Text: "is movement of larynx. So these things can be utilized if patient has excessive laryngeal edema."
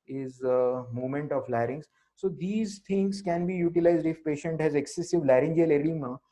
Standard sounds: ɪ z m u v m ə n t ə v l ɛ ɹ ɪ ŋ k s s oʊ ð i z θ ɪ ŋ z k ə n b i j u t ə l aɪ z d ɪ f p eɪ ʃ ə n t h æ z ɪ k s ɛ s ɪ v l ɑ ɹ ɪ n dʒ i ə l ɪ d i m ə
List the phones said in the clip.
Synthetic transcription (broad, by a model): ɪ z m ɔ m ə n t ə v l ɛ ɹ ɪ ŋ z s s oʊ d i z t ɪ ŋ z k ə n b i j u t ə l aɪ z d ɪ f p eɪ ʃ ə n t h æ z ɪ k s ɛ s ɪ v l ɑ ɹ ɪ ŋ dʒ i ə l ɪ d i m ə